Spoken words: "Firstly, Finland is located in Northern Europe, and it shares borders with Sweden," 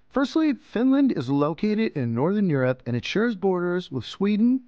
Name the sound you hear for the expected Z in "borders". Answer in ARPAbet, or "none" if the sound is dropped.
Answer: Z